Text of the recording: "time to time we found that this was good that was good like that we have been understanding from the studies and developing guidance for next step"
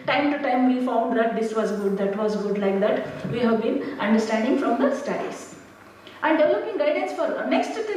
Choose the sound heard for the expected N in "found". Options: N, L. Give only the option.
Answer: N